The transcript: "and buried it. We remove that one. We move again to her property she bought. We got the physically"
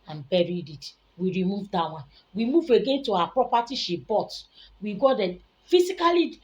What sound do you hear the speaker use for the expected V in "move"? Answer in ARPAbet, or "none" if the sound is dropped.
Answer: V